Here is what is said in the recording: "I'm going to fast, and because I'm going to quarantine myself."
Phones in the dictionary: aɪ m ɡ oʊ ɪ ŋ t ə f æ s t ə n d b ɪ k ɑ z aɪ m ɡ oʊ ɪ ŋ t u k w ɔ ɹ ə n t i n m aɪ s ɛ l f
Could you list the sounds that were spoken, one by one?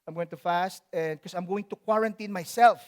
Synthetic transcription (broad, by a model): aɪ m ɡ oʊ ɪ ŋ t ə f æ s t ə n d k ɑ s aɪ m ɡ oʊ ɪ ŋ t u k w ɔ ɹ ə n t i n m aɪ s ɛ l f